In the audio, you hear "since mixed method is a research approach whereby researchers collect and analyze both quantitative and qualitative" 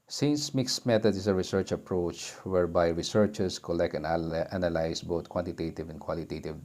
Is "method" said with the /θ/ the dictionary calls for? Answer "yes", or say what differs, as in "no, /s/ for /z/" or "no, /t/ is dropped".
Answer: no, /t/ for /θ/